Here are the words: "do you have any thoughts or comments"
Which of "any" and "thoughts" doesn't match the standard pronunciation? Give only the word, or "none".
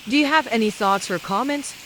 none